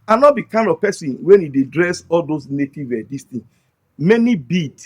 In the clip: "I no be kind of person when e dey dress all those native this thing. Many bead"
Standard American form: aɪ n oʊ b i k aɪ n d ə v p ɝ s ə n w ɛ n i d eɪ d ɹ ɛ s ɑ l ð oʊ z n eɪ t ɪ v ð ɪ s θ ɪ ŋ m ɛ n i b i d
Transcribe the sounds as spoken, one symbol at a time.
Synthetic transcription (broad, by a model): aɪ n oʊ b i k aɪ n d ə v p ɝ s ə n w ɛ n i d eɪ d ɹ ɛ s ɑ l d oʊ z n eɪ t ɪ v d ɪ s t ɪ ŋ m ɛ n i b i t